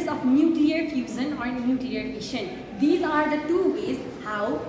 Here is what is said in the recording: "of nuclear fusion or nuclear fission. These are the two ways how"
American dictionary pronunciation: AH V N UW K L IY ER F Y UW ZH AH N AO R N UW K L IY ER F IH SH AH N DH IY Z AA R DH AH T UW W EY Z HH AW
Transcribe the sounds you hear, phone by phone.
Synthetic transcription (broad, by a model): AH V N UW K L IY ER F Y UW Z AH N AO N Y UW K L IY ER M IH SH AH N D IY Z AA R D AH T UW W EY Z HH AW